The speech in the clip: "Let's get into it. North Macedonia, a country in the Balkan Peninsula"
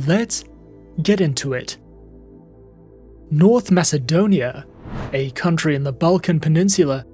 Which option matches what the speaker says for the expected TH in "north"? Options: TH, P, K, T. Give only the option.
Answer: TH